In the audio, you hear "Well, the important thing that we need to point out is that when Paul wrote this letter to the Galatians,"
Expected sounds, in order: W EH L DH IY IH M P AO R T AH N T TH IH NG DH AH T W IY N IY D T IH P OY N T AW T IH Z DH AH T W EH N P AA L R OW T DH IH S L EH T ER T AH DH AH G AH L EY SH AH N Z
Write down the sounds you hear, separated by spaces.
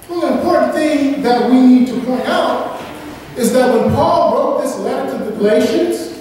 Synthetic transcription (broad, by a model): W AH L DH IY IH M P AO R T N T TH IH NG DH AH T W IY N IY D T IH P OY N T AW T IH Z DH AH T W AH N P AA L R OW T DH IH S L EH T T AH DH AH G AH L EY SH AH N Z